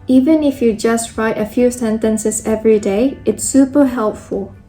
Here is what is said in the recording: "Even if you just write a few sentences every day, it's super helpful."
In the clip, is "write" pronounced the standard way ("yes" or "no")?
yes